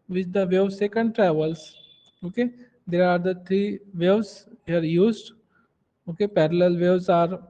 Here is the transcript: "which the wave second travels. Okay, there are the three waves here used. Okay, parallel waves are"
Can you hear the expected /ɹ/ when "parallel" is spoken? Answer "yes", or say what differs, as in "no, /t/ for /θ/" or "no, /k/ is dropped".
yes